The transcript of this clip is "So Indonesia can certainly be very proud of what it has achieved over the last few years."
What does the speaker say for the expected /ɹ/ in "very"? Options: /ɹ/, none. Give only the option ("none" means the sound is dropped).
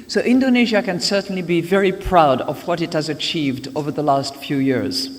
/ɹ/